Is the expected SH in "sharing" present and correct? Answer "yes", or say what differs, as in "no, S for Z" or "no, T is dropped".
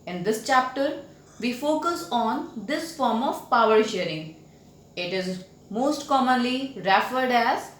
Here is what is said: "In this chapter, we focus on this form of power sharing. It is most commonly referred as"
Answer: yes